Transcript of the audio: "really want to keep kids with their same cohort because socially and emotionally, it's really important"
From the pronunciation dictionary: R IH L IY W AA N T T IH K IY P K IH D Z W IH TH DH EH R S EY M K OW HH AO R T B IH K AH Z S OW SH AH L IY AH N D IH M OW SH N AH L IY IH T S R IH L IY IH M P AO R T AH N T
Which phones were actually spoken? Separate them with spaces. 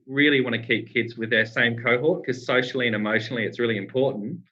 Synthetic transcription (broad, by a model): R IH L IY W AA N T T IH K IY P K IH D Z W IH DH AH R S EY M K OW HH AO R T K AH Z S OW SH L IY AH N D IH M OW SH N L IY IH T S R IH L IY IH M P AO R T N T